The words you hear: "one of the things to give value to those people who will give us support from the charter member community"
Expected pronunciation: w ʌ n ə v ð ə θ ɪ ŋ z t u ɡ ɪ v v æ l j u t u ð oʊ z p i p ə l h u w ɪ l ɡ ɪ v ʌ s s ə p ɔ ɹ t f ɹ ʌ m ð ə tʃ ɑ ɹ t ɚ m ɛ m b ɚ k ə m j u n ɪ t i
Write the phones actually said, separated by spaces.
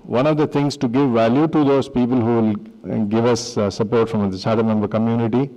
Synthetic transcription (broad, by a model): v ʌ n ə v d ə t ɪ ŋ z t u ɡ ɪ v v æ l j u t u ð oʊ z p i p ə l h u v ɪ l ɡ ɪ v ʌ s s ə p ɔ ɹ t f ɹ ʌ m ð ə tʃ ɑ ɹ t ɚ m ɛ m b ɚ k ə m j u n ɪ t i